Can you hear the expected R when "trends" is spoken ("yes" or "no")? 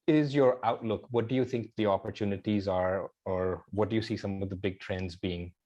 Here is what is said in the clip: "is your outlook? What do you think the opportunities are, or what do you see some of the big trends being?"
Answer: yes